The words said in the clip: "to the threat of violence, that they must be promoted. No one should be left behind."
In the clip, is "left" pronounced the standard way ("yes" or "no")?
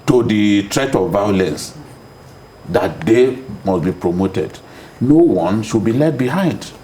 no